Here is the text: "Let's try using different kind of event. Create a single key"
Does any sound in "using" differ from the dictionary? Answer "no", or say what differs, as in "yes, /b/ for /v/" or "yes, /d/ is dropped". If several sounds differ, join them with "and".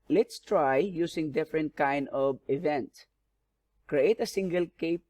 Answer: yes, /s/ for /z/